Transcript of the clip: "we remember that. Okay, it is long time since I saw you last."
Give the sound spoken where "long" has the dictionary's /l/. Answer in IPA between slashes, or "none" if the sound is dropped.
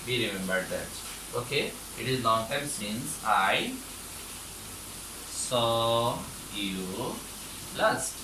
/n/